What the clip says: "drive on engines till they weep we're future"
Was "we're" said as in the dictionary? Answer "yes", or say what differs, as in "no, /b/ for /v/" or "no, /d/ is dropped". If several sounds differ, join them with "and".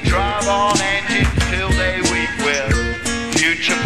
no, /l/ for /ɹ/